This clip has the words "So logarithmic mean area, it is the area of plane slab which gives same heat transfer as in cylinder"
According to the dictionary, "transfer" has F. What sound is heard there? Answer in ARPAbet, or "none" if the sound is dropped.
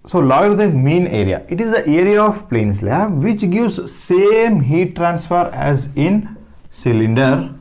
F